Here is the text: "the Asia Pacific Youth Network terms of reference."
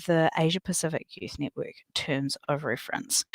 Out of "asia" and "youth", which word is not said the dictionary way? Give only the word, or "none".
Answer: none